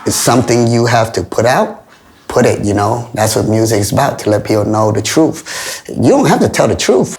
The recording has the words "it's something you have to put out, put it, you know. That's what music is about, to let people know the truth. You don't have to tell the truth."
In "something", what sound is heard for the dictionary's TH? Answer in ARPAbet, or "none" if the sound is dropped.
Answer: TH